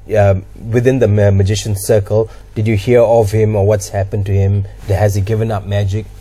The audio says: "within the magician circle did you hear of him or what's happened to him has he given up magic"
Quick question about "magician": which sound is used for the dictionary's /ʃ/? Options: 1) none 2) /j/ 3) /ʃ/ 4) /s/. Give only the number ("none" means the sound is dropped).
3